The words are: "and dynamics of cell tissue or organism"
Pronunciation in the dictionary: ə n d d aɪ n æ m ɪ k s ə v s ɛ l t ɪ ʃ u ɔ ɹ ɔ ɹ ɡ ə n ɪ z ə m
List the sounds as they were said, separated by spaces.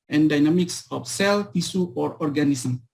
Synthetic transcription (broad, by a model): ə n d d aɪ n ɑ m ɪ k s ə f s ɛ l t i s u ɔ ɹ ɔ ɹ ɡ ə n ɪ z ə m